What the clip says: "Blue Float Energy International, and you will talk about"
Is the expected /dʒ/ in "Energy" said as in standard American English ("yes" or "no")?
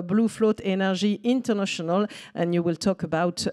no